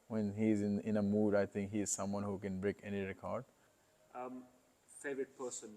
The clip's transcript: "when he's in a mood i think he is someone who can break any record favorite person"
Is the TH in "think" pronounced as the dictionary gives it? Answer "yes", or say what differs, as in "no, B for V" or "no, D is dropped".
no, T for TH